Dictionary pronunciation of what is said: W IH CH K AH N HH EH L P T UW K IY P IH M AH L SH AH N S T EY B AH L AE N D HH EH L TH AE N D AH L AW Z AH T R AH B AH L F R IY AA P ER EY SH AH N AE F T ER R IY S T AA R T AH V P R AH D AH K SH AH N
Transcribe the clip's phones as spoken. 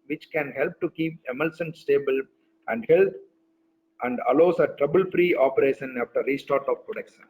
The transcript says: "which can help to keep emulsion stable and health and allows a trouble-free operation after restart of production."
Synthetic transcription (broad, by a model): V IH CH K AH N HH EH L P T UW K IY P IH M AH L S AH N S T EY B AH L AE N D HH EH L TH AE N D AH L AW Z AH T R AH B AH L F R IY AA P ER EY SH AH N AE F T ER R IY S T AA R T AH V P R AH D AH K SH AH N